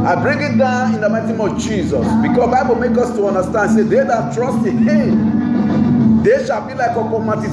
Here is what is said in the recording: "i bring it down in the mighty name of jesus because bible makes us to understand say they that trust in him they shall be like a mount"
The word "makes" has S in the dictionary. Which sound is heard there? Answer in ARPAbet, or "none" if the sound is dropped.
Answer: none